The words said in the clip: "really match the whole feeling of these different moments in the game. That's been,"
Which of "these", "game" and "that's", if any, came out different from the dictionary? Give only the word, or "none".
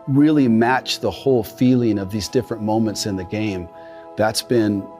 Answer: none